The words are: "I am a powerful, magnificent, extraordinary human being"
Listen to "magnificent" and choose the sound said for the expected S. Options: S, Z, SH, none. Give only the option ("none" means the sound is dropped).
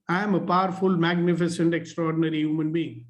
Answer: S